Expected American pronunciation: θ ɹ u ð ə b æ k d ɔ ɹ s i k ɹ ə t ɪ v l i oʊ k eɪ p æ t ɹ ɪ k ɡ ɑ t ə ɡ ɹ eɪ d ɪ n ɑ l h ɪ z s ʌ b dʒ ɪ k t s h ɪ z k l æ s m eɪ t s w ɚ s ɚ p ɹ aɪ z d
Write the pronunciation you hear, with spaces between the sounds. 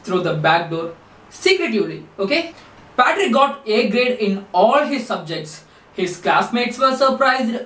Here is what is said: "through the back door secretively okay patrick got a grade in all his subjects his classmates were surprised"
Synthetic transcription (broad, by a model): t ɹ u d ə b æ k d ɔ ɹ s i k ɹ ə t ɪ v l i oʊ k eɪ p æ t ɹ ɪ k ɡ ɑ t ə ɡ ɹ eɪ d ɪ n ɑ l h ɪ z s ʌ b dʒ ɪ k t s h ɪ z k l æ s m eɪ t s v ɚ s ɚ p ɹ aɪ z d